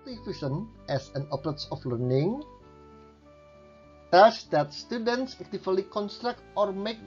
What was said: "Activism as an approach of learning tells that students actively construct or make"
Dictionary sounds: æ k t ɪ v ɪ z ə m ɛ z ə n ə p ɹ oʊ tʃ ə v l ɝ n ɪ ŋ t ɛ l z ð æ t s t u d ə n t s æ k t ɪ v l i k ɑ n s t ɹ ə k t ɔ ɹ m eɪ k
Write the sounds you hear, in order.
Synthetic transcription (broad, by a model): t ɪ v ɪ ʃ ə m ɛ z ə n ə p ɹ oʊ s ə f l ɝ n ɪ ŋ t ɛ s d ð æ t s t u d ə n t s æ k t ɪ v l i k ɑ n s t ɹ ə k t ɔ ɹ m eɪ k